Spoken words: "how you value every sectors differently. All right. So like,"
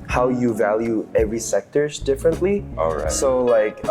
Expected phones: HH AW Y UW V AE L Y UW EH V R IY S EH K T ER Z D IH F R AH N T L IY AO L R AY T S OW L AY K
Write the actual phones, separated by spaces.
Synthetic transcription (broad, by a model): HH AW Y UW V AE L Y UW EH V R IY S EH K T ER Z D IH F R AH N T L IY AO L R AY S OW L AY K